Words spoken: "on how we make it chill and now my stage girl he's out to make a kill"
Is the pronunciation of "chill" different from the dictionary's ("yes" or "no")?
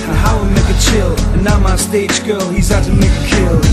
no